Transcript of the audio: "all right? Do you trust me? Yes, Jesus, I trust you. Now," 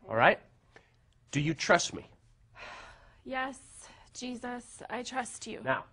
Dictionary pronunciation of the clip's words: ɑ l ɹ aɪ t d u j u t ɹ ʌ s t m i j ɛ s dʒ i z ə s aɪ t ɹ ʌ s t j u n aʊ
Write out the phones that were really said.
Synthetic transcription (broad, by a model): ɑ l ɹ aɪ t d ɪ j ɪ t ɹ ʌ s t m i j ɛ s dʒ i z ə s aɪ t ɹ ʌ s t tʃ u n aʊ